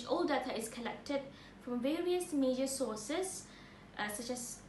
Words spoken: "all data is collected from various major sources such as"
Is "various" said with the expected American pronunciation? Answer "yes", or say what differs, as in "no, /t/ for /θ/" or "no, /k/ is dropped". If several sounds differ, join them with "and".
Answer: yes